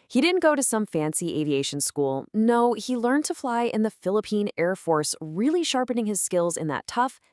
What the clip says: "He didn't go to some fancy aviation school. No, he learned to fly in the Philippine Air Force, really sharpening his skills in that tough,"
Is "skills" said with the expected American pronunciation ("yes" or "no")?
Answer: yes